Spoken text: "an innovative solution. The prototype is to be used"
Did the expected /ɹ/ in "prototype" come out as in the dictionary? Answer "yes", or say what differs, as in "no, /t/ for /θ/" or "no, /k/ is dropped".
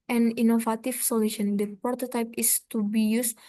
no, /ɹ/ is dropped